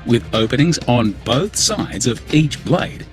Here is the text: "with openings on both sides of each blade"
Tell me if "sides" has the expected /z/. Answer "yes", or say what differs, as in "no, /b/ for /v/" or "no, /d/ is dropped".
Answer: yes